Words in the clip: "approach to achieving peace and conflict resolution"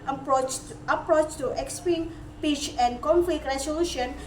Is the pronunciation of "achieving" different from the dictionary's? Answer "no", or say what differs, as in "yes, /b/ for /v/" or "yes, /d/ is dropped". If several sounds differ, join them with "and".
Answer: yes, /p/ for /v/